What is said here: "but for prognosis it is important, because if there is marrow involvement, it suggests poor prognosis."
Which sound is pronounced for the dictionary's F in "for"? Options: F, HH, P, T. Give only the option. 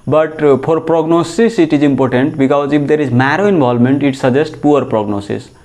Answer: P